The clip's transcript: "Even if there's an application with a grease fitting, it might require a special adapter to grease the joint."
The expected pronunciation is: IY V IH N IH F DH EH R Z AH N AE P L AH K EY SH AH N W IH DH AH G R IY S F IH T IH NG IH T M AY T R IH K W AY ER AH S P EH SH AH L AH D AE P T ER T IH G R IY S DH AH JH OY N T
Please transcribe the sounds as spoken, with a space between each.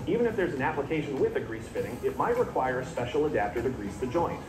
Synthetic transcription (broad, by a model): IY V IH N IH F DH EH R Z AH N AE P L AH K EY SH AH N W IH DH AH G R IY S F IH T IH NG IH T M AY T R IH K W AY ER AH S P EH SH L AH D AE P T ER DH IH G R IY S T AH JH OY N T